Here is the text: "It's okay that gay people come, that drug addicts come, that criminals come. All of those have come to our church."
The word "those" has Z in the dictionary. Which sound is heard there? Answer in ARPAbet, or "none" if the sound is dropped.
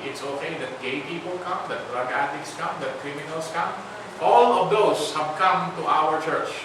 S